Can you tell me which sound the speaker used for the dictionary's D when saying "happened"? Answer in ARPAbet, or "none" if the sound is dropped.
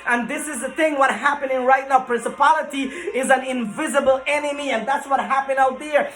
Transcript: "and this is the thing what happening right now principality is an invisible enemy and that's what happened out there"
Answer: none